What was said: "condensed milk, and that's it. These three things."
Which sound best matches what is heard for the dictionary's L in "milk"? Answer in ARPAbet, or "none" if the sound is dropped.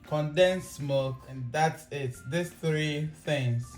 none